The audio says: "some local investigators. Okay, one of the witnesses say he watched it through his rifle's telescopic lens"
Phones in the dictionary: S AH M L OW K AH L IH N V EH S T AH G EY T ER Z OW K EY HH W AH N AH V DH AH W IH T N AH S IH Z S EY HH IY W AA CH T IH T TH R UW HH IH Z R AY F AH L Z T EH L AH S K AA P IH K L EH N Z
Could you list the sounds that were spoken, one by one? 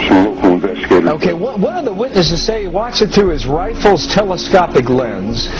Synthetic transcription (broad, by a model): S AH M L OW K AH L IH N V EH S T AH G EY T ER OW K EY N W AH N AH V DH AH W IH T N AH S IH Z S EY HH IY W AA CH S IH T TH R UW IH Z R AY F L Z T EH L AH S K AA P IH K L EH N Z